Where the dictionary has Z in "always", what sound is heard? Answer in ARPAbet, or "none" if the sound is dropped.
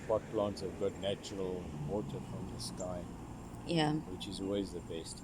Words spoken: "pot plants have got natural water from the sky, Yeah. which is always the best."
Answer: Z